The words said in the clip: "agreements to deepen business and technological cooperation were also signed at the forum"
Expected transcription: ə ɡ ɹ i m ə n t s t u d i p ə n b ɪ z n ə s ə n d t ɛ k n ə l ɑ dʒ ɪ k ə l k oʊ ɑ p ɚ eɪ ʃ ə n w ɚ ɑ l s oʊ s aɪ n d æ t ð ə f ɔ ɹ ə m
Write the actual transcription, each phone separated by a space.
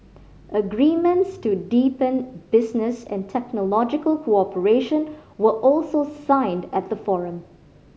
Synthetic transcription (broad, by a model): ə ɡ ɹ i m ə n t s t u d i p ə n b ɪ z n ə s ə n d t ɛ k n ə l ɑ dʒ ɪ k ə l k oʊ ɑ p ɚ eɪ ʃ ə n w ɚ ɑ l s oʊ s aɪ n d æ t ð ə f ɔ ɹ ə m